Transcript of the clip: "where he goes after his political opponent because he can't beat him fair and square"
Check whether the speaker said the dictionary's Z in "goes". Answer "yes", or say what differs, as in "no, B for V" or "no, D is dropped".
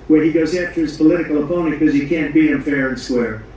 yes